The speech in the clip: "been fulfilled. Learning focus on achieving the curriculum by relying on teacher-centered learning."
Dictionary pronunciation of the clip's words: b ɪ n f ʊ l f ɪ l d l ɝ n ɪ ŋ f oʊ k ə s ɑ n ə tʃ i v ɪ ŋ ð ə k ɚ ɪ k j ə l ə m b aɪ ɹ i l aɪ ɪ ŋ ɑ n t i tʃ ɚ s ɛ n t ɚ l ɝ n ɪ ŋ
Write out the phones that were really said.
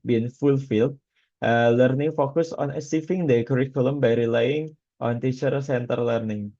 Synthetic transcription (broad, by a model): b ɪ n f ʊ l f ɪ l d l ɝ n ɪ ŋ f oʊ k ə s ɑ n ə s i f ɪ ŋ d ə k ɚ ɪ k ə l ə m b aɪ ɹ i l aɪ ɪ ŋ ɑ n t i tʃ ɚ s ɛ n t ɚ l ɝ n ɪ ŋ